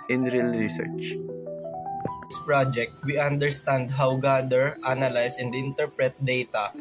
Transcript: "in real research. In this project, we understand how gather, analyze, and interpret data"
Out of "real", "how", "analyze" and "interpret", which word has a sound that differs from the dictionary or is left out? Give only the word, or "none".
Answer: analyze